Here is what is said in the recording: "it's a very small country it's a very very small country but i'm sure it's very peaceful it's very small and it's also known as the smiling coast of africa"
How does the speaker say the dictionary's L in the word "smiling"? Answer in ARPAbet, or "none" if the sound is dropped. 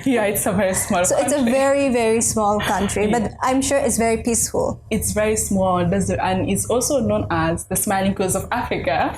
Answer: L